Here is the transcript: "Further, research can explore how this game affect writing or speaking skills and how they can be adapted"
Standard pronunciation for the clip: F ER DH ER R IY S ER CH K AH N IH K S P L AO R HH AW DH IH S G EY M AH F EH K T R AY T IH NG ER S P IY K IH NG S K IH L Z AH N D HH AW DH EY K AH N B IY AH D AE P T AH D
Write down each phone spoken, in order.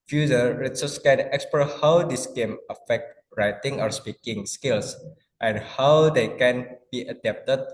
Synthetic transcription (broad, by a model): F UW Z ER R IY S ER S K AH N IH K S P AO HH AW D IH S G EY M AH F EH K T R AY T IH NG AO S P IY K IH NG S K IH L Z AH N HH AW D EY K AH N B IY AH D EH P T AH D